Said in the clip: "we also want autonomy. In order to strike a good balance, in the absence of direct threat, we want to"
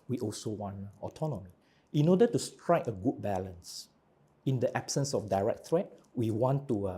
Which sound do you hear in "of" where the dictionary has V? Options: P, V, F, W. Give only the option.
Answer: F